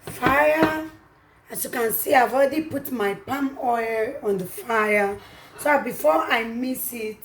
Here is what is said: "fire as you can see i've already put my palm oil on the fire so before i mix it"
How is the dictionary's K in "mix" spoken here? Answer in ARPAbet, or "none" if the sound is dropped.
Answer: none